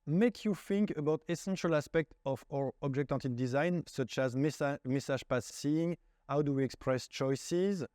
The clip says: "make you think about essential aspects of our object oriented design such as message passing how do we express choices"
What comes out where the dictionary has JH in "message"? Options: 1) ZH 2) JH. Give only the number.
1